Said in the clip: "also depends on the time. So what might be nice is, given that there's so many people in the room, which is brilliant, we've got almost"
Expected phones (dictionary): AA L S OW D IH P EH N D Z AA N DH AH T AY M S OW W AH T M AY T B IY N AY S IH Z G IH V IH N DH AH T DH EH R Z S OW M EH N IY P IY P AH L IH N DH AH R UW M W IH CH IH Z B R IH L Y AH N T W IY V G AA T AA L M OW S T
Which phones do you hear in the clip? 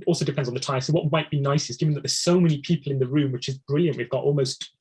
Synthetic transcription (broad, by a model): AA L S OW D IH P EH N D Z N DH AH T AY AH S OW W AH T M AY T B IY N AY S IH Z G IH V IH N DH AH T DH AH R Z S OW M EH N IY P IY P AH L IH N DH AH R UW M W IH CH IH Z B R IH L Y AH N T W IY V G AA T AA L M OW S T